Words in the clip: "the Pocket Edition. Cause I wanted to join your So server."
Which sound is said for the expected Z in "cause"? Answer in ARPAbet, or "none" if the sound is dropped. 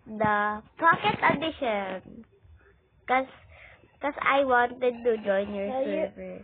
S